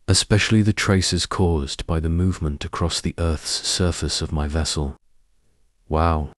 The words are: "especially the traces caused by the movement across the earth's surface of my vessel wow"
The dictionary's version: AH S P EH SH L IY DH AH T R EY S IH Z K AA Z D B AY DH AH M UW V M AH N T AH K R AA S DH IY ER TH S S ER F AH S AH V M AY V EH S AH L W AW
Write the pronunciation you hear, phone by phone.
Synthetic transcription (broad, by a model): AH S P EH SH L IY DH AH T R EY S IH Z K AA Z B AY DH AH M UW V M AH N T AH K R AA S DH IY ER TH S S ER F AH S AH V M AY V EH S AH L W AW